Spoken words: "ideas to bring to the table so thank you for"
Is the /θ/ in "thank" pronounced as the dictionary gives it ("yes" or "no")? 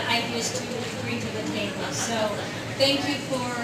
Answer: yes